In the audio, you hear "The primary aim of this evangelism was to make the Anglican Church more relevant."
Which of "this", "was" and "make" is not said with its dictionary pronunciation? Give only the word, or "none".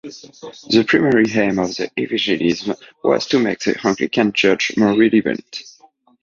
this